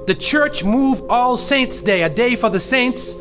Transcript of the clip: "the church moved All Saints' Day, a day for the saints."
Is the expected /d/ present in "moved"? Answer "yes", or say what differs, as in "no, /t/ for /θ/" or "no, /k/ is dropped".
no, /d/ is dropped